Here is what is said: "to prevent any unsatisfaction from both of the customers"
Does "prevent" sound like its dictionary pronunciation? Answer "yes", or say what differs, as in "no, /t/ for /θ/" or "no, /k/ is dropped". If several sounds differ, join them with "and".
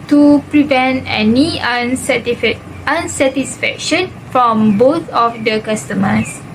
yes